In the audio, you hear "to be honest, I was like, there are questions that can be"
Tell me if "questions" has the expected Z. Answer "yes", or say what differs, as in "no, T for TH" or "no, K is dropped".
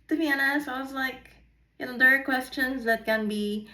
yes